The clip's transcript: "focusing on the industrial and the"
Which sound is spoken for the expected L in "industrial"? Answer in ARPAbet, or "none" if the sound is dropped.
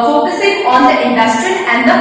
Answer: N